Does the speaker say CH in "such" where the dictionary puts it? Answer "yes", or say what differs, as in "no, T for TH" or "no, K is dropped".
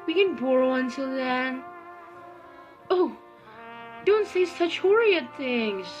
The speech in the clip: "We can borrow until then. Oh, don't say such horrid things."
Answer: yes